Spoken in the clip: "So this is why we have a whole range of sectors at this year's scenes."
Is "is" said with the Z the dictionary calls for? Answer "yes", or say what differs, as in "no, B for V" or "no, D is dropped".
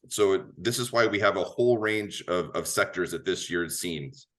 yes